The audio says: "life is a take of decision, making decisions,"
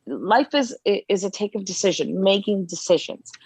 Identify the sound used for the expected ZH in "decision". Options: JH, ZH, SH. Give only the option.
ZH